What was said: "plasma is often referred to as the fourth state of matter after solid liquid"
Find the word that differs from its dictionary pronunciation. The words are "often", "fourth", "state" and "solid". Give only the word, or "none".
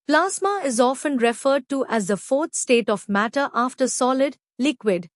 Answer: fourth